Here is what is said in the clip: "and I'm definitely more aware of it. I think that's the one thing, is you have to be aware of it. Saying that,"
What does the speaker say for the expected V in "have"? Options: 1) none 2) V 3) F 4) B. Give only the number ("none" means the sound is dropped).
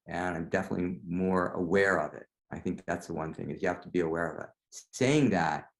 3